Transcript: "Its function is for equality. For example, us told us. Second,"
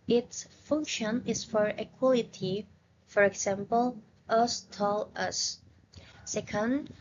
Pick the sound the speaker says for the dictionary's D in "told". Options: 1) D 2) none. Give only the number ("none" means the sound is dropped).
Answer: 2